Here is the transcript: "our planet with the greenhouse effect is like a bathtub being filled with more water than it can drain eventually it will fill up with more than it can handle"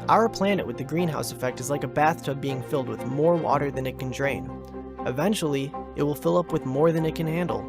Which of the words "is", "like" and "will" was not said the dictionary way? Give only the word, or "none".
none